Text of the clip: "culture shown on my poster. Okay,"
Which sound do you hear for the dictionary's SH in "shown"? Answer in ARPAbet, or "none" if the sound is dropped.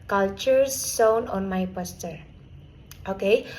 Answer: S